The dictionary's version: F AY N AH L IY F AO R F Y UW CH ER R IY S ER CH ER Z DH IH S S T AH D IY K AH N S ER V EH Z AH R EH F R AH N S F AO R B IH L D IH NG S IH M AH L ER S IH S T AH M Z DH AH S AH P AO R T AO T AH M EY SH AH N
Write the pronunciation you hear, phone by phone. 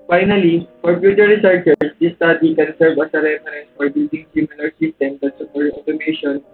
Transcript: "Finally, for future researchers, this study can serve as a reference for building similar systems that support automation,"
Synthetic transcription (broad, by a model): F AY N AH L IY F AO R P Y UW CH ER R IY S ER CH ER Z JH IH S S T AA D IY K AH N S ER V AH S AH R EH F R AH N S F AO R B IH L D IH NG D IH M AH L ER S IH S T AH M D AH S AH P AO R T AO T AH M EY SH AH N